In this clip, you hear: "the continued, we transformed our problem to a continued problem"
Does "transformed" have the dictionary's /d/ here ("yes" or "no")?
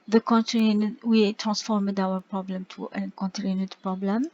yes